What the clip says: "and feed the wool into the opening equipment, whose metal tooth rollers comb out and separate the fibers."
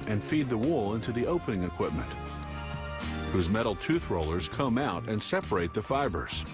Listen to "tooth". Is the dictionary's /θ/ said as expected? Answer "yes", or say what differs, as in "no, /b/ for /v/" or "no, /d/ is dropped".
yes